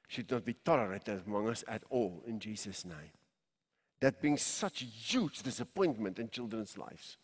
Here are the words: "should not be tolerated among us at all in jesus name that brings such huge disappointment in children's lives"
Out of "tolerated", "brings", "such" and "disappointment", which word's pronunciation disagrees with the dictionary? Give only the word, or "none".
brings